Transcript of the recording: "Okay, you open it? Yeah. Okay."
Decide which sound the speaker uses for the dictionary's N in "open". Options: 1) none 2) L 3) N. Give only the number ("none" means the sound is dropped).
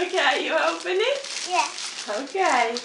3